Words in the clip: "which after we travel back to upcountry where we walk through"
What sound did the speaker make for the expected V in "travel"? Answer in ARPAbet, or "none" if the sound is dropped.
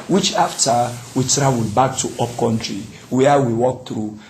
W